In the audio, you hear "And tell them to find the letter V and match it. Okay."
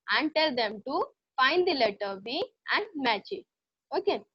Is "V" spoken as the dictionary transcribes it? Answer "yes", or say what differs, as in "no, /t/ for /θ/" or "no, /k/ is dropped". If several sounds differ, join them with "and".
no, /b/ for /v/